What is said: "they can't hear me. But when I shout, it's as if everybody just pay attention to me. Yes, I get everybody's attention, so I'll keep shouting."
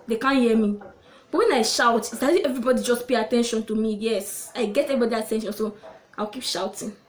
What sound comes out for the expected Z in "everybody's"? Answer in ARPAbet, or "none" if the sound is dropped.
none